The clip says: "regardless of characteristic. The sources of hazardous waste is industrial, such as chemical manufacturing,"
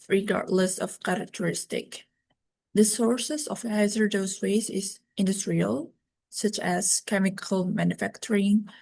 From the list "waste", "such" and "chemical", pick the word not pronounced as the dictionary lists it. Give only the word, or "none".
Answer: waste